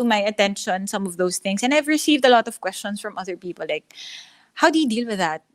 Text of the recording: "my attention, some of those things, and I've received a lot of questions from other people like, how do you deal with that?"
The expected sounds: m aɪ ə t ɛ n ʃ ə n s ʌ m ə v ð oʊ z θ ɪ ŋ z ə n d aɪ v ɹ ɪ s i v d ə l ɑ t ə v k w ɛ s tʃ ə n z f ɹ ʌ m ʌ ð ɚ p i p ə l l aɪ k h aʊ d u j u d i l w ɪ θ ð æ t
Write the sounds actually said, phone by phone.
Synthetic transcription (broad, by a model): m aɪ ə t ɛ n ʃ ə n s ʌ m ə v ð oʊ s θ ɪ ŋ s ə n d aɪ v ɹ ɪ s i v d ə l ɑ t ə v k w ɛ s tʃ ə n s f ɹ ʌ m ʌ ð ɚ p i p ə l l aɪ k h aʊ d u j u d i l w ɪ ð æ t